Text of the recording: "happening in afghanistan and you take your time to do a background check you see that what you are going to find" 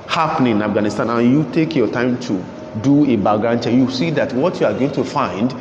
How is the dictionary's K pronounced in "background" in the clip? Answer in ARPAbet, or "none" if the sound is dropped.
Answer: none